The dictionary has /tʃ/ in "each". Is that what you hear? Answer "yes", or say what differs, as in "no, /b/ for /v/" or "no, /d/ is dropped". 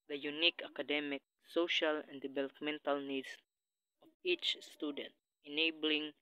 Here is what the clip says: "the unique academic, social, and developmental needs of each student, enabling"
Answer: yes